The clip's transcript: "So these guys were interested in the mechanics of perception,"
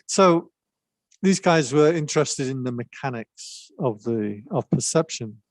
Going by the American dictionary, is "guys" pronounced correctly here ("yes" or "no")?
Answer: yes